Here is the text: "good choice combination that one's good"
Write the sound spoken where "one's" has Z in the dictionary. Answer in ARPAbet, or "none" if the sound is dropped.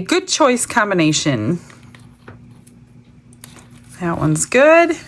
Z